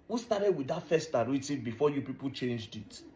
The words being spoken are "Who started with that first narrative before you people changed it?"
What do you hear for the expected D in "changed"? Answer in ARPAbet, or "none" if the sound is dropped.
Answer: D